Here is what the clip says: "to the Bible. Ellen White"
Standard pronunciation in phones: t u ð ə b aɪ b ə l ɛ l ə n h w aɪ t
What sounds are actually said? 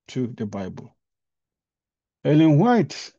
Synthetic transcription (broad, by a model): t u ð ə b aɪ b ə l ɛ l ə n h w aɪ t